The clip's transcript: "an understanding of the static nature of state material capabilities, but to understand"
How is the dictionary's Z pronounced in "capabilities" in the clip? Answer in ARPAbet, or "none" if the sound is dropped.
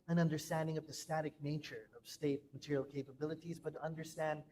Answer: Z